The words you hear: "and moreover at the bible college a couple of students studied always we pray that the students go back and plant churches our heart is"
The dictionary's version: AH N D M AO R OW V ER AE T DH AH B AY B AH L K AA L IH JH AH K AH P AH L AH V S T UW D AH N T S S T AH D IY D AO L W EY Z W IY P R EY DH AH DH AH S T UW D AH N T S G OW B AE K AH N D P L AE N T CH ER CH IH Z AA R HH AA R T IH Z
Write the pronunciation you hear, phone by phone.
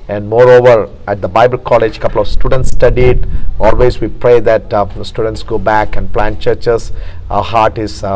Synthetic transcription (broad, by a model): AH N D M AO R OW V ER AE T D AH B AY B AH L K AA L IH JH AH K AH P AH L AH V S T UW D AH N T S S T AH D IY D AO L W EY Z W IY P R EY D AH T S T UW D AH N T S G OW B AE K AH N D P L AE N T CH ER CH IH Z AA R HH AA R T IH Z